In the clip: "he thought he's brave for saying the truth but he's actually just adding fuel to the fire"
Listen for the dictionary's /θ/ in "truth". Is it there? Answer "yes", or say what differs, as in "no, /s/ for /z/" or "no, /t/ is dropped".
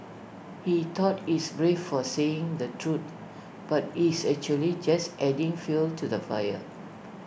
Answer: no, /t/ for /θ/